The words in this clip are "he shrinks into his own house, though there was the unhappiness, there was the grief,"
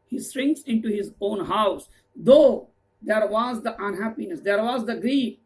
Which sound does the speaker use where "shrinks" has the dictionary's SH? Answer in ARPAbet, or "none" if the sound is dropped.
S